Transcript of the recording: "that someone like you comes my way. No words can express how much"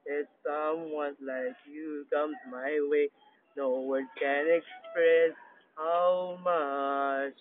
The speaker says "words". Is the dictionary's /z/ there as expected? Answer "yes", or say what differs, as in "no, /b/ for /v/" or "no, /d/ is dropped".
no, /z/ is dropped